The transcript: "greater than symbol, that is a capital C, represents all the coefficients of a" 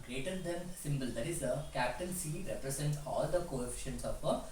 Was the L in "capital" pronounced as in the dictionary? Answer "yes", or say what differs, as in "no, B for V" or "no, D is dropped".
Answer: no, N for L